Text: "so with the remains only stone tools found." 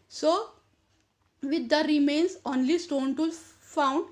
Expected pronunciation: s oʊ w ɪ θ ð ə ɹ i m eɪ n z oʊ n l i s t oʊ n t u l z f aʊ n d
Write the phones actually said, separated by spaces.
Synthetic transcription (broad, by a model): s oʊ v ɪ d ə ɹ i m eɪ n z oʊ n l i s t oʊ n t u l f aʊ n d